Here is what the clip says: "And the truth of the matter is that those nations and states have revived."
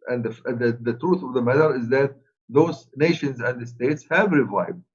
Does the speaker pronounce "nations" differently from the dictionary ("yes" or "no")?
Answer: no